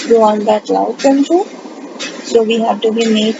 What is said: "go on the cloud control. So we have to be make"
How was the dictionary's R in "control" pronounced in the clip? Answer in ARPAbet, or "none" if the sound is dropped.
none